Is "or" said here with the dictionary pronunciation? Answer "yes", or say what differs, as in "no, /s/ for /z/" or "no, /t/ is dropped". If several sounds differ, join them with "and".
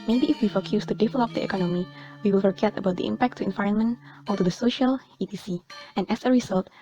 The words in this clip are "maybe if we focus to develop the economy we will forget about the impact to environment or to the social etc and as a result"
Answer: no, /l/ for /ɹ/